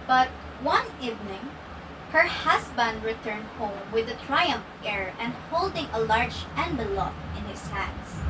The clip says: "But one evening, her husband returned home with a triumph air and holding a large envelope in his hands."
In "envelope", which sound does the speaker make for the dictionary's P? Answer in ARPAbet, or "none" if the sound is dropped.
F